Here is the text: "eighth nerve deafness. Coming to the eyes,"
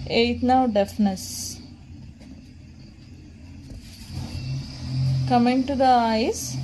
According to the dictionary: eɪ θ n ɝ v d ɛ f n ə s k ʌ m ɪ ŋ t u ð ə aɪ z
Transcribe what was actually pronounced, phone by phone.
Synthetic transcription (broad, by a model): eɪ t n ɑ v d ɛ f n ə s k ʌ m ɪ ŋ t u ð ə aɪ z